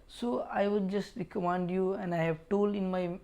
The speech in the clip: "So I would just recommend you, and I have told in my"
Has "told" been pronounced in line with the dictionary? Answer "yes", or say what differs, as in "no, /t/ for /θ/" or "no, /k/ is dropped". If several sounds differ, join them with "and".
no, /d/ is dropped